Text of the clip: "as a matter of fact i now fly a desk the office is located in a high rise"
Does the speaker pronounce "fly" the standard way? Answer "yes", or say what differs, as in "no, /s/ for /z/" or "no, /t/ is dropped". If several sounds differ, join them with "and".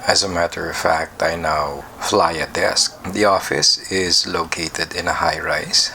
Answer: yes